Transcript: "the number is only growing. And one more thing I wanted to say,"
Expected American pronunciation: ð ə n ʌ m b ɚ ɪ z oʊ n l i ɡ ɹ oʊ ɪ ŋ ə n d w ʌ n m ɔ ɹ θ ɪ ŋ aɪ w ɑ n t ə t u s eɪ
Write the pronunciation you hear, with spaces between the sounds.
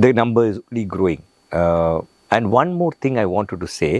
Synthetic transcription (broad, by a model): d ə n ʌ m b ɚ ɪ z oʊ l i ɡ ɹ oʊ ɪ ŋ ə n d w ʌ n m ɔ ɹ t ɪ ŋ aɪ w ɑ n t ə t u s eɪ